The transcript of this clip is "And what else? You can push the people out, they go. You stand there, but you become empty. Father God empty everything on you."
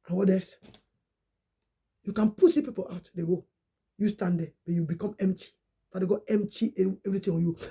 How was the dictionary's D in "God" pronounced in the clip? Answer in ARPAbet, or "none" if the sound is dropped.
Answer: none